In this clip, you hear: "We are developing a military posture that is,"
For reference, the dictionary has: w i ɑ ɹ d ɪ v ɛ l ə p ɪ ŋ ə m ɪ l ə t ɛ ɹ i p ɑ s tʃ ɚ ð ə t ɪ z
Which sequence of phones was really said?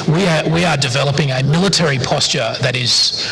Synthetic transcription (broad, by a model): w i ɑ w d ɪ v ɛ l ə p ɪ ŋ ə m ɪ l ə t ɛ ɹ i p ɑ s tʃ ɚ ð ə t ɪ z